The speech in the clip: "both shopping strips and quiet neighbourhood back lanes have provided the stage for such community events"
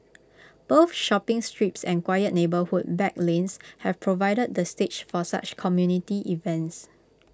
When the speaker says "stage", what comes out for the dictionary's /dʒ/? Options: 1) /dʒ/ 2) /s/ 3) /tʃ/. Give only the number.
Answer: 3